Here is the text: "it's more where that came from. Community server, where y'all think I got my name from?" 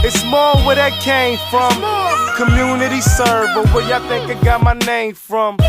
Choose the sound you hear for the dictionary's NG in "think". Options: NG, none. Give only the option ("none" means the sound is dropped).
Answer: NG